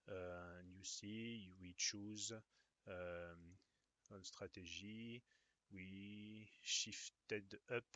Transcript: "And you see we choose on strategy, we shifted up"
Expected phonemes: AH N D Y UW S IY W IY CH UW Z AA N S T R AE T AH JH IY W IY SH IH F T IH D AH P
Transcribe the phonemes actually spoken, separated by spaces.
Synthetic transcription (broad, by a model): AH N Y UW S IY W IY CH UW Z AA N S T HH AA T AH ZH IY W IY SH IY F T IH D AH P